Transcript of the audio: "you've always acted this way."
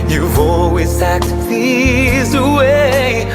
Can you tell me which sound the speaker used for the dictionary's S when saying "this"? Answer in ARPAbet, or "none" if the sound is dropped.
none